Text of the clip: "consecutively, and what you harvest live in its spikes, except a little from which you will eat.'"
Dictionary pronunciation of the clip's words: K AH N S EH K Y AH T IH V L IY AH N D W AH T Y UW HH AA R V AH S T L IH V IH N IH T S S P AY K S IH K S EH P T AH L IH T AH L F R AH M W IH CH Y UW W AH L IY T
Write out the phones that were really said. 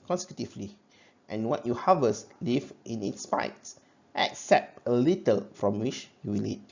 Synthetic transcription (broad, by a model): K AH N S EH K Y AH T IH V L IY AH N W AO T Y UW HH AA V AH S L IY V IH N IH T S S P AY S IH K S EH P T AH L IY T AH L F R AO M W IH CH Y UW W AH L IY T